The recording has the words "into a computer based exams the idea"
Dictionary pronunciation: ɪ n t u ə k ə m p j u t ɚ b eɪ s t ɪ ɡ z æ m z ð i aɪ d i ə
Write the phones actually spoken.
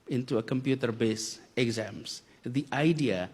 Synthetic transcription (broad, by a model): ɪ n t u ə k ə m p j u t ɚ b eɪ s ɪ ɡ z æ m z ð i aɪ d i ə